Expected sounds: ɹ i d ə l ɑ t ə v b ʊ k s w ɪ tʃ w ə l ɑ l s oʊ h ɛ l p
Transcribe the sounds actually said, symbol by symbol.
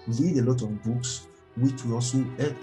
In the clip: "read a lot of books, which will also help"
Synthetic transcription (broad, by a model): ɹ i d ə l ɑ t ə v b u k s w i tʃ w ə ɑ s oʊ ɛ